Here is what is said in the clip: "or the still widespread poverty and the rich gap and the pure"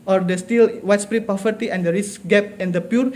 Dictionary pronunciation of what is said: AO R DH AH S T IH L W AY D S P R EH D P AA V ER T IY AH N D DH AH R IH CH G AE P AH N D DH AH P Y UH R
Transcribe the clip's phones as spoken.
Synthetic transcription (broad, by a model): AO R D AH S T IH L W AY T S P R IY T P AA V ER T IY AH N D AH R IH S G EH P AH N D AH P Y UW R